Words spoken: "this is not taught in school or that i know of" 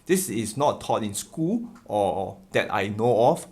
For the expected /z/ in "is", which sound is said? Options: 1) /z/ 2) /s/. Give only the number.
2